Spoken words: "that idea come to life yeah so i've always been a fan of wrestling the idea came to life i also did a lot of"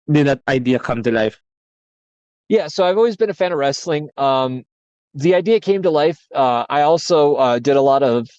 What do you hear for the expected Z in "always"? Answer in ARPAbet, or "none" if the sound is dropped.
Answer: Z